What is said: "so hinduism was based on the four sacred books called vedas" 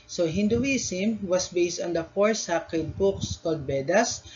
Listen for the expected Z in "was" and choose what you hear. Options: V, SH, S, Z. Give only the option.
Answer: S